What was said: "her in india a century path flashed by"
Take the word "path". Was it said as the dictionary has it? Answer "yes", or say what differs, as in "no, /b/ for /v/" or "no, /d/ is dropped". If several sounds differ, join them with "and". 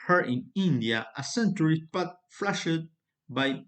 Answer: no, /t/ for /θ/